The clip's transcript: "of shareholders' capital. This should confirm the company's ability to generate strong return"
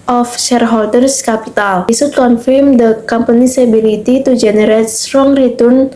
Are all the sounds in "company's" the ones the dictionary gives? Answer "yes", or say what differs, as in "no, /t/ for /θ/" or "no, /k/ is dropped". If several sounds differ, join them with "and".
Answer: no, /s/ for /z/